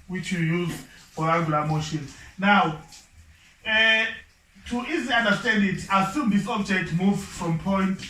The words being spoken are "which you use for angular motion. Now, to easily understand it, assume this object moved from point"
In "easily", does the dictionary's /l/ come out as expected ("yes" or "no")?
no